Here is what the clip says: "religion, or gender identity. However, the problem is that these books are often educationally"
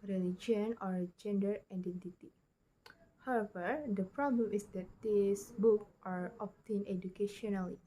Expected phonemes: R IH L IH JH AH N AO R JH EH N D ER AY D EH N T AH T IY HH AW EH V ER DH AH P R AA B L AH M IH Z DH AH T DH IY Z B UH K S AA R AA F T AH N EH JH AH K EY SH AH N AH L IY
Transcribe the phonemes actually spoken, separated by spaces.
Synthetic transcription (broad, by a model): R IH L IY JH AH N AO R JH EH N D ER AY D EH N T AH T IY HH AW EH V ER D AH P R AA B L AH M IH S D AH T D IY S B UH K AA R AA P T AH N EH JH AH K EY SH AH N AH L IY